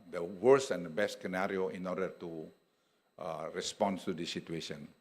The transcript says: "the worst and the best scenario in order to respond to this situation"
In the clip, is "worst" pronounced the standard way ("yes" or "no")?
no